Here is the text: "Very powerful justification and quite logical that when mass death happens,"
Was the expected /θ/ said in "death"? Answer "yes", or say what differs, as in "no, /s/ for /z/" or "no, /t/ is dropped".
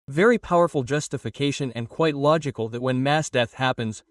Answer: yes